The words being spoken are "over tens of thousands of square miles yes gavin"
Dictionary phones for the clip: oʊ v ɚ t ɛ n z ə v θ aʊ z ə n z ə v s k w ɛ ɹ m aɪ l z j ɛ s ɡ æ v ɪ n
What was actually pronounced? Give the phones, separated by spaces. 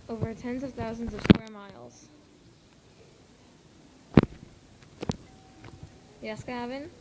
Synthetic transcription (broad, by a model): oʊ v ɚ t ɛ n z ə v θ aʊ z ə n z ə v s k w ɛ ɹ m aɪ l z j ɛ s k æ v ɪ n